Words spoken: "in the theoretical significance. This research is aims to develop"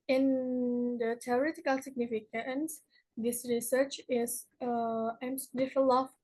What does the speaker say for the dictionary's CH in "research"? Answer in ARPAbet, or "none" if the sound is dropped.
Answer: CH